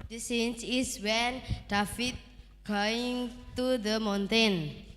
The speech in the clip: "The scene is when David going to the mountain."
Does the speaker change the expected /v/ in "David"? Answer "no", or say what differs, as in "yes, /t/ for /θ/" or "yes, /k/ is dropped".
yes, /f/ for /v/